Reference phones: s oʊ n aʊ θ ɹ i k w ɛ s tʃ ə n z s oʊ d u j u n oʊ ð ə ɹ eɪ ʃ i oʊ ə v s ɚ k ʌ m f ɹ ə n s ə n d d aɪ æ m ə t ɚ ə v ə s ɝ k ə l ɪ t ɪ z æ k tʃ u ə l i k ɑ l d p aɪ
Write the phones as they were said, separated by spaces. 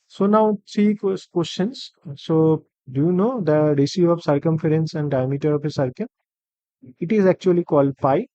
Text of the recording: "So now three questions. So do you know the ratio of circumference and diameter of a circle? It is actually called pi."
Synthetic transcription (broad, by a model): s oʊ n aʊ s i k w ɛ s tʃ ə n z s oʊ d u j u n oʊ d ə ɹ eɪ s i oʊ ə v s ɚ k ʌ m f ɹ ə n s ə n d d aɪ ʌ m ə t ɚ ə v ə s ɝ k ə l ɪ t ɪ z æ k tʃ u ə l i k ɑ l d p aɪ